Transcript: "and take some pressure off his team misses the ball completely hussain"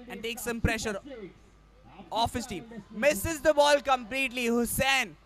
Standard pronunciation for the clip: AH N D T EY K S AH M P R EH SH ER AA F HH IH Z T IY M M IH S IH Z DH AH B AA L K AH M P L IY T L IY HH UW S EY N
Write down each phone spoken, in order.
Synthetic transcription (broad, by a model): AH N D T EY K S AH M P R EH SH ER AA F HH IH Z T IY M M IH S IH Z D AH B AA L K AH M P L IY T L IY HH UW S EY N